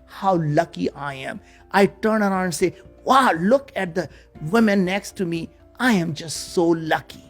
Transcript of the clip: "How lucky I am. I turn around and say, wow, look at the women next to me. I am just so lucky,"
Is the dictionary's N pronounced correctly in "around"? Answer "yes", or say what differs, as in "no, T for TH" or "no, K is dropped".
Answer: no, N is dropped